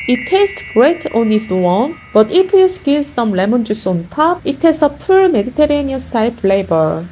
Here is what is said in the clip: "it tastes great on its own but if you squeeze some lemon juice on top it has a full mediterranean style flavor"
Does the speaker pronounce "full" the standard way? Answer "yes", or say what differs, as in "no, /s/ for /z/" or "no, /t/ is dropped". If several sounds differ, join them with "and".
no, /p/ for /f/